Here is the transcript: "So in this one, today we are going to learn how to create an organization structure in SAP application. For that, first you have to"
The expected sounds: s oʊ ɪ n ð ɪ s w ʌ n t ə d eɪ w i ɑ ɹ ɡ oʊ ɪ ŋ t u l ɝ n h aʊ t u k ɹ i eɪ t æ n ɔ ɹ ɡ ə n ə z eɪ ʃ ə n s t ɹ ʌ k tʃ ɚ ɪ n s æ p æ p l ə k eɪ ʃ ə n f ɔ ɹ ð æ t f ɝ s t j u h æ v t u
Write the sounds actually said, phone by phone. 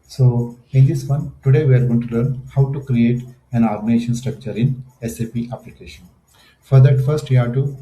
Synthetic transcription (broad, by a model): s oʊ ɪ n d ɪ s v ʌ n t ə d eɪ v i ɑ ɹ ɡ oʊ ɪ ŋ t u l ɝ n h aʊ t u k ɹ i eɪ t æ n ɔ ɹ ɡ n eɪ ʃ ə n s t ɹ ʌ k tʃ ɚ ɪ n s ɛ p æ p l ə k eɪ ʃ ə n f ɔ ɹ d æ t f ɝ s t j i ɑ t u